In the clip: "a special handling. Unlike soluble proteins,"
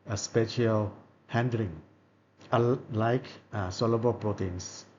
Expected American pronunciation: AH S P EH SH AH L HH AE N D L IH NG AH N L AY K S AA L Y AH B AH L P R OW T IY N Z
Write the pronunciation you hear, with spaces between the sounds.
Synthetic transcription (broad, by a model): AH S P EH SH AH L HH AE N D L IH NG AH L AY K S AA L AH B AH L P R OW T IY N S